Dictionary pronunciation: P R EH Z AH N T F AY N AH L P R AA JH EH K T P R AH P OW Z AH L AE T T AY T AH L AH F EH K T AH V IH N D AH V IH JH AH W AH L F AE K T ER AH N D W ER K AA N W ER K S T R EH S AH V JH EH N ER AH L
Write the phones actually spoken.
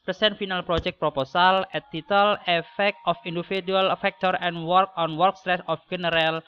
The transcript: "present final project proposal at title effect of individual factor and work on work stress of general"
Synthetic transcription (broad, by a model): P R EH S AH N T F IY N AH L P R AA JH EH K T P R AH P OW S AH L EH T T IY T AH L AH F EH K T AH F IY N D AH F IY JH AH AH L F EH K T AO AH N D W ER K AA N W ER K S T R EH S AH F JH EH N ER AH L